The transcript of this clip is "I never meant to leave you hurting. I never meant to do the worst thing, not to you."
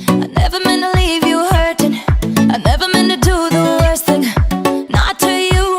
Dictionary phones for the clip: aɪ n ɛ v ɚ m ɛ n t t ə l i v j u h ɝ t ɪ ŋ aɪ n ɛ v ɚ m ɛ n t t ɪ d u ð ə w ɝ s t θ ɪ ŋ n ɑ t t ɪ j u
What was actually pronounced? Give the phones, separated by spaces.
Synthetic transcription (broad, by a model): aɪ n ɛ v ɚ m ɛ n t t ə l i v j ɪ h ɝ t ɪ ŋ aɪ n ɛ v ɚ m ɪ n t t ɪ d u ð ə w ɝ s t θ ɪ ŋ n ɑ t t ɪ j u